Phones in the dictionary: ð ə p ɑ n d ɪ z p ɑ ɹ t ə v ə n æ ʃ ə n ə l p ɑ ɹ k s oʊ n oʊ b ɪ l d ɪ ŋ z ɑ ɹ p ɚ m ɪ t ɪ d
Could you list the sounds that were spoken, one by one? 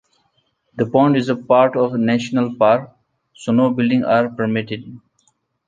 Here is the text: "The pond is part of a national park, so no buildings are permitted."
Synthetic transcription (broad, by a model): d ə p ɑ n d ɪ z p ɑ ɹ t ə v n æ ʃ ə n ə l p ɑ ɹ k s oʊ n oʊ b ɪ l d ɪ ŋ ɑ ɹ p ɚ m ɪ t ɪ d